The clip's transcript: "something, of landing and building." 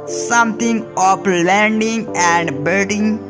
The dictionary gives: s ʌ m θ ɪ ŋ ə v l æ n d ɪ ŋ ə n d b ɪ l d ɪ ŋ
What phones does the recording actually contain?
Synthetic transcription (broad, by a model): s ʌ m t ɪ ŋ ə p l æ n d ɪ ŋ ə n d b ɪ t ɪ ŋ